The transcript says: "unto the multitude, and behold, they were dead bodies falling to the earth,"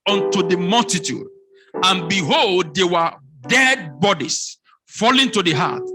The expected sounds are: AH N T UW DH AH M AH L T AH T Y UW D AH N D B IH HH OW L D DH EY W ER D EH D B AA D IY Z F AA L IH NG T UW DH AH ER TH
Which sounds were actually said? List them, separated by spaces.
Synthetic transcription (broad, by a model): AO N T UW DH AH M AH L T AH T Y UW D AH N B IH HH OW L D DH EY W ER D EH D B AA D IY S F AA L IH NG T UW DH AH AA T